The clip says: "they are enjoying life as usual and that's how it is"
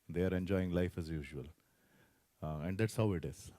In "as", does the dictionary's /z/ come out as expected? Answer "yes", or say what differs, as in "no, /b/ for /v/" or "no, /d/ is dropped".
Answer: yes